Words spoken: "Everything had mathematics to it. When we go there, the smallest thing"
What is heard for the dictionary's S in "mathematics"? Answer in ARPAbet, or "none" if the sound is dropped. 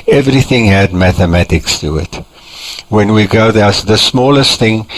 S